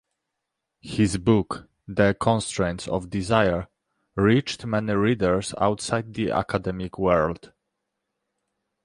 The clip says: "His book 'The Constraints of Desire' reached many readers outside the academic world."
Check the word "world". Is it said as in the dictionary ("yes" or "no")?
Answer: yes